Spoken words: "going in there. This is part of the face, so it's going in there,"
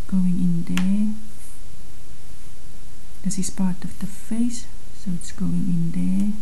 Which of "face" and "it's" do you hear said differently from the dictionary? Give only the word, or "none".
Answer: none